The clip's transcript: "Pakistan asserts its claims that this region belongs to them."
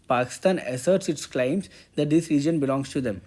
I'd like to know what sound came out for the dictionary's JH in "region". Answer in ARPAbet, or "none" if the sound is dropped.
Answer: JH